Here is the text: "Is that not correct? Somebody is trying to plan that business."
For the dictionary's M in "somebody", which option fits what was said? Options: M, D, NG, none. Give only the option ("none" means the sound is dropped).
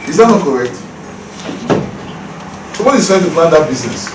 none